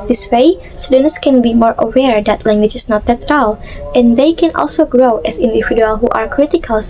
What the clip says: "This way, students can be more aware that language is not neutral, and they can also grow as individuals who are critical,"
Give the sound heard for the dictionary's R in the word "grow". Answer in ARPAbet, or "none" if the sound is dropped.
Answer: R